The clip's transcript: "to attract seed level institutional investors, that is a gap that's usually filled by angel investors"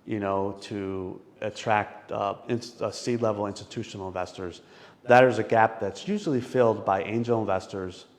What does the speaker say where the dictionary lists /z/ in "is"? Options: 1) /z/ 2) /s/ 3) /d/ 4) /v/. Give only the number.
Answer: 1